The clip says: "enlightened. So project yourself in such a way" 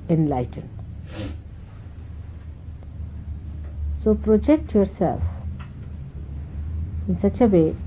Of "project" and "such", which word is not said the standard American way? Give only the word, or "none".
none